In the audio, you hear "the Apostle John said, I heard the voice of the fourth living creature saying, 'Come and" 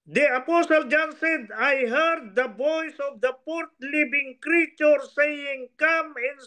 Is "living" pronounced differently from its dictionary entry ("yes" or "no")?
yes